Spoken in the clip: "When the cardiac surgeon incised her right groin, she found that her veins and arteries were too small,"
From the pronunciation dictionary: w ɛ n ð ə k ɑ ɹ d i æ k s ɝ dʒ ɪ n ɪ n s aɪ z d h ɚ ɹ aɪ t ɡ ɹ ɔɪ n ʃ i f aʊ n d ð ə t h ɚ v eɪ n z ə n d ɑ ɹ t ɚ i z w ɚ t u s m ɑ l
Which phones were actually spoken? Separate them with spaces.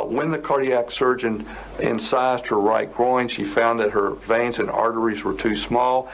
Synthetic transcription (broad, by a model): w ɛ n ð ə k ɑ ɹ d i æ k s ɝ dʒ ɪ n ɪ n s aɪ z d h ɚ ɹ aɪ t ɡ ɹ ɔɪ n ʃ i f aʊ n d ð ə t h ɚ v eɪ n z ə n ɑ ɹ t ɚ i z w ɚ t u s m ɑ l